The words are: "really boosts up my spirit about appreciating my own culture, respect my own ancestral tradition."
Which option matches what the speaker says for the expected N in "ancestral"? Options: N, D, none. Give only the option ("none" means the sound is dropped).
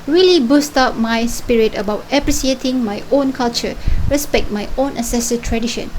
none